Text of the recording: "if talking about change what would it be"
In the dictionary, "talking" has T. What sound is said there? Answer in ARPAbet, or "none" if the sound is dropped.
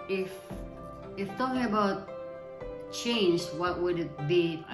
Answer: T